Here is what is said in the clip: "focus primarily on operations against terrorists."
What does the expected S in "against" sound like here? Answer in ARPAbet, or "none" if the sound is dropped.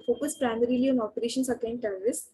none